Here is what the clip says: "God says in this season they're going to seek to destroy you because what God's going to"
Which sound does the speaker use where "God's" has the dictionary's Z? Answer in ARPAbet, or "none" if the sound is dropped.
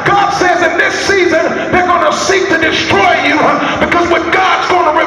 Z